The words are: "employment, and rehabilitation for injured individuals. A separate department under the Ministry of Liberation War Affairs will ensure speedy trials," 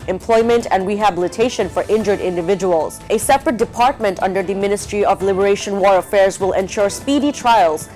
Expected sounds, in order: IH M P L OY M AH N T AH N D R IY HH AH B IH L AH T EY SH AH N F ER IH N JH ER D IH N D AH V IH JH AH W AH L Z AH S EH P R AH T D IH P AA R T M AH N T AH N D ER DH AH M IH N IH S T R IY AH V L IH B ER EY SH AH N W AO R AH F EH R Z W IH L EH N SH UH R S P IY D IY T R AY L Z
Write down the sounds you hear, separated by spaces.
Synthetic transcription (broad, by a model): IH M P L OY M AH N T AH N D R IY HH AH B IH L AH T EY SH AH N F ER IH N JH ER D IH N D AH V IH JH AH W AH L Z AH S EH P R AH T D IH P AA R T M AH N T AH N D ER DH AH M IH N IH S T R IY AH V L IH B ER EY SH AH N W AO R AH F EH R Z W IH L EH N SH UH R S P IY D IY T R AY L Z